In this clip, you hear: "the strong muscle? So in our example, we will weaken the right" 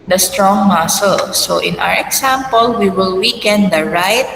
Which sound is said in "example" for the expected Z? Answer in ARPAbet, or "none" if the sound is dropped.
S